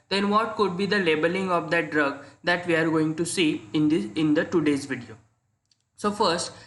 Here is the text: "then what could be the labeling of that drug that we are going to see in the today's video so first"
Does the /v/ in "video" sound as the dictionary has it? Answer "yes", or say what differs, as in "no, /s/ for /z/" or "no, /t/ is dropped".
yes